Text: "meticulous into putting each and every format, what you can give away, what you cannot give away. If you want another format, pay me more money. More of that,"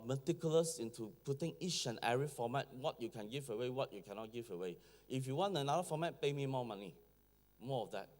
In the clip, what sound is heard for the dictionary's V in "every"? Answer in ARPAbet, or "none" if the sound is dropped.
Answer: none